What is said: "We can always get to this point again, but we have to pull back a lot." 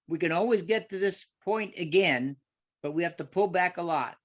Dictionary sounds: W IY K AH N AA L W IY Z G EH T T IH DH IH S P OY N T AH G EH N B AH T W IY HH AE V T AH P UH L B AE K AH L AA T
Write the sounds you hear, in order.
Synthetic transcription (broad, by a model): W IY K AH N AA L W IY Z G EH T T IH DH IH S P OY N T AH G EH N B AH T W IY HH AE F T AH P UH L B AE K AH L AA T